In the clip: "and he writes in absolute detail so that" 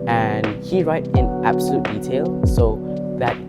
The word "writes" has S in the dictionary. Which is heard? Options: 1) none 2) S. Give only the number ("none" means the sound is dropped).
1